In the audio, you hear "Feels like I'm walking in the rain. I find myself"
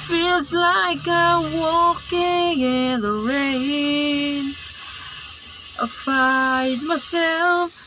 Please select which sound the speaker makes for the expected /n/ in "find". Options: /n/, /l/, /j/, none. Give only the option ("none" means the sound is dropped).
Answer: none